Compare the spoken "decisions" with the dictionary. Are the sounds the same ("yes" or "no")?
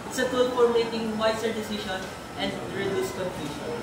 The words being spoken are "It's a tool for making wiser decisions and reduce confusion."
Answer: no